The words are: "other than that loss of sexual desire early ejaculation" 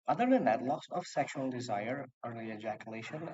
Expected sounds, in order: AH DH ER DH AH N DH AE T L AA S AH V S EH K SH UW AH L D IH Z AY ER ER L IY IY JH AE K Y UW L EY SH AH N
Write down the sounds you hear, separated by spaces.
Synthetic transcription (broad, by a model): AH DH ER DH AH N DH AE T L AA S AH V S EH K SH UW AH L D IH Z AY ER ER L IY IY JH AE K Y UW L EY SH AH N